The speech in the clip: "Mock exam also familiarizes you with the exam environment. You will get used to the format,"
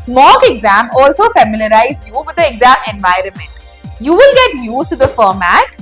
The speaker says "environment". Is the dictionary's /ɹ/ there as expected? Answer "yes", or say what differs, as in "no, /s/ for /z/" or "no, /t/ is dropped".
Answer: yes